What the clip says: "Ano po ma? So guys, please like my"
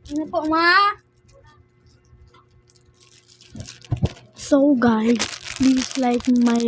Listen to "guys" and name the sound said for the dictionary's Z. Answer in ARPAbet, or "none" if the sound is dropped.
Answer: none